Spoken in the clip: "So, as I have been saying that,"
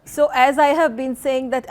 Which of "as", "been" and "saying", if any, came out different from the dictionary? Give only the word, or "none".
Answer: none